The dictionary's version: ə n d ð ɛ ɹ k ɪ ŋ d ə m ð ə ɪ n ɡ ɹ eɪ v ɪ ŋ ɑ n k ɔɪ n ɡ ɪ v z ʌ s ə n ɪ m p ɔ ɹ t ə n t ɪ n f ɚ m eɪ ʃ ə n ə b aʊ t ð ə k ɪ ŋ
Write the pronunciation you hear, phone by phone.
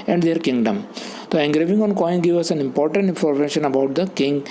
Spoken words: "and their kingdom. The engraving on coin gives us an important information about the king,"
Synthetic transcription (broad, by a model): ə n d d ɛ ɹ k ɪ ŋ d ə m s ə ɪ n ɡ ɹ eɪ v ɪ ŋ ɑ n k ɔɪ n ɡ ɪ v ʌ s ə n ɪ m p ɔ ɹ t ə n t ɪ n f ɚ m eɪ ʃ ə n ə b aʊ t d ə k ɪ ŋ